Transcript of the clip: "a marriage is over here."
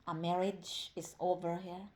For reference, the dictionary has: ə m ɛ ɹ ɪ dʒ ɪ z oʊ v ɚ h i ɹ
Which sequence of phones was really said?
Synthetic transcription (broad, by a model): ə m ɛ ɹ ɪ dʒ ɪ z oʊ v ɚ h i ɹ